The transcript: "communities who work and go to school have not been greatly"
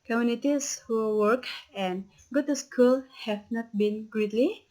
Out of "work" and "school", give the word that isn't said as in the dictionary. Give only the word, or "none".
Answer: none